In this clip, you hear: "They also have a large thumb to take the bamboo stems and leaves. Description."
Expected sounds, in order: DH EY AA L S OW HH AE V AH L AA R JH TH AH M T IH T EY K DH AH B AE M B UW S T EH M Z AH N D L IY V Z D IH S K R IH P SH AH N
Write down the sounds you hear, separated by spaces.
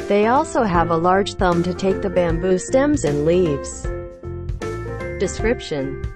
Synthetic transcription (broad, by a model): DH EY AA L S OW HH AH V AH L AA R JH TH AH M T IH T EY K DH AH B AE M B UW S T EH M Z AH N L IY V Z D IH S K R IH P SH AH N